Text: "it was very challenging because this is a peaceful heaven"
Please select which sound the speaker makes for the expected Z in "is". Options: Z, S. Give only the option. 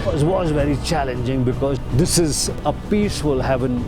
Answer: Z